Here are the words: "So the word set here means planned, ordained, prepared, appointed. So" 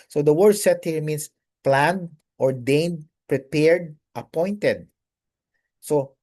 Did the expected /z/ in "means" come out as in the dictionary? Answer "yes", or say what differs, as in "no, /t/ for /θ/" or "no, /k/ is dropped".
no, /s/ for /z/